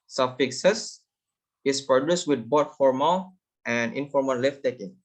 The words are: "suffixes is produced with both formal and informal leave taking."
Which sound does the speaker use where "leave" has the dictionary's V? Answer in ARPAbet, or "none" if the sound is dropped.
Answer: F